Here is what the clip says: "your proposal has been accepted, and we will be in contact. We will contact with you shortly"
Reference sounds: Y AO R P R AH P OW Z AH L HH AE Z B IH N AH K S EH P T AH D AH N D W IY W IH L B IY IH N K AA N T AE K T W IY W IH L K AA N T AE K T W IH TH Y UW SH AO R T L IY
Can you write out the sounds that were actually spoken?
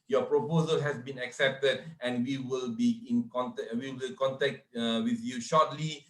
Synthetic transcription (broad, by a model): Y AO P R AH P OW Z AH L HH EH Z B IH N AH K S EH P T AH D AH N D W IY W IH L B IY IH N K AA N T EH W IY W IH L K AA N T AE K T W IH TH Y UW SH AO T L IY